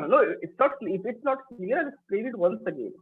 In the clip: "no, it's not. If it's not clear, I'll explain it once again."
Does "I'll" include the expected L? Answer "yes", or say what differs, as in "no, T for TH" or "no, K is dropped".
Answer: no, N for L